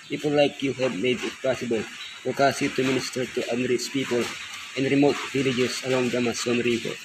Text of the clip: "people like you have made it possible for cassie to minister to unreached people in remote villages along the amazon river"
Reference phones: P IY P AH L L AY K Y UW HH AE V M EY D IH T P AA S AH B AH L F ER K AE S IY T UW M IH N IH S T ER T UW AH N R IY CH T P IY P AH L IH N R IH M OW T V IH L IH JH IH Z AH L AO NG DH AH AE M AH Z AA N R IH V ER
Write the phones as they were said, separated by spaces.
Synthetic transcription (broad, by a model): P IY P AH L L AY K Y UW HH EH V M EY D IH T P AA S AH B AH L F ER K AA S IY T UW M IH N IH S T ER T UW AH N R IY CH P IY P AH L IH N R IH M OW T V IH L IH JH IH S AH L AO NG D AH M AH S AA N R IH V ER